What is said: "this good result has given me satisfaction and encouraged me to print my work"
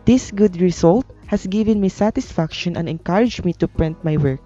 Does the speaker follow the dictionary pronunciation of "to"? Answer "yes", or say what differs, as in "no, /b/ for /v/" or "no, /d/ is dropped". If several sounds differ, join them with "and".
yes